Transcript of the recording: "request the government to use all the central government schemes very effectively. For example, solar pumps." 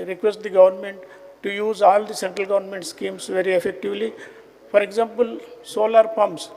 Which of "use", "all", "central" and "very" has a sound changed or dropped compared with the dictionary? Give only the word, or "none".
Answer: none